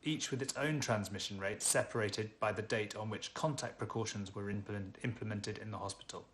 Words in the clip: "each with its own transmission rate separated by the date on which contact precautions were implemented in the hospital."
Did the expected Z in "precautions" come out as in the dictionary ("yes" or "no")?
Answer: yes